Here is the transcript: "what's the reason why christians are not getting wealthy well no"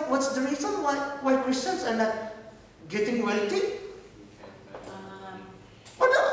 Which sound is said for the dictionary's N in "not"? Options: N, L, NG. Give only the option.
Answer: L